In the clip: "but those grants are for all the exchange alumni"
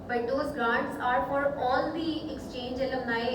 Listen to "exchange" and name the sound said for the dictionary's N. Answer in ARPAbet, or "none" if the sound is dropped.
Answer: N